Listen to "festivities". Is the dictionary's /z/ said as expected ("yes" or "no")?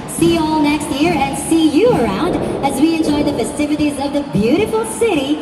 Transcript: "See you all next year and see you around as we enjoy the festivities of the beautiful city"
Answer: yes